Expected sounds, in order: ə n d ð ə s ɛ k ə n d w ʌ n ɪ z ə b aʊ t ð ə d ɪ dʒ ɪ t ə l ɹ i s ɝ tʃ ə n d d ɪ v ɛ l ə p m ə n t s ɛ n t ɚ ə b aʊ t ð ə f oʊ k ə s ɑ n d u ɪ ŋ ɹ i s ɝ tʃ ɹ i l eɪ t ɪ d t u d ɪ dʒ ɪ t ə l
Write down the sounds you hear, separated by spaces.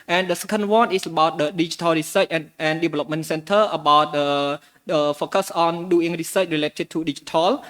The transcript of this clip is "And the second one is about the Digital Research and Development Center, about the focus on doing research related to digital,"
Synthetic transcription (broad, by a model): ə n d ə s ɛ k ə n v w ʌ n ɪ s ə b aʊ t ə d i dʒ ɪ t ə l ɹ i s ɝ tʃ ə n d d ɪ v ɛ l ə p m ə n t s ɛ n t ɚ ə b aʊ t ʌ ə f oʊ k ə s ɑ n d u ɪ ŋ ɹ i s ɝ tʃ ɹ i l eɪ t ɪ d t u d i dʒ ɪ t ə l